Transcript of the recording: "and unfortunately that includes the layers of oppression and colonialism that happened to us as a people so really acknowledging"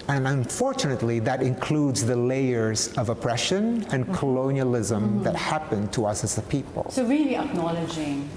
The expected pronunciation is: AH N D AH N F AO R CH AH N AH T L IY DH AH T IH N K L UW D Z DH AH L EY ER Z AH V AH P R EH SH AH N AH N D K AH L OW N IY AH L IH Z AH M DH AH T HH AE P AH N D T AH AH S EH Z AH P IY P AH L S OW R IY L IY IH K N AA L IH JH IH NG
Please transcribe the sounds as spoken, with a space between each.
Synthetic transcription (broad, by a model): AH N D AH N F AO R CH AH N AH T L IY DH AH T IH N K L UW D Z DH AH L EY ER Z AH V AH P R EH SH AH N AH N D K AH L OW N IY AH L IH Z AH M DH AH T HH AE P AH N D T AH AH S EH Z AH P IY P AH L S OW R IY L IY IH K N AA L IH JH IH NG